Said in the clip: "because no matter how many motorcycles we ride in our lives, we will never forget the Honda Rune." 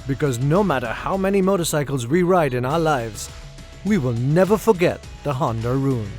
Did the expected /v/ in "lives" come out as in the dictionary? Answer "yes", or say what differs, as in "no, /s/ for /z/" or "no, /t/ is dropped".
yes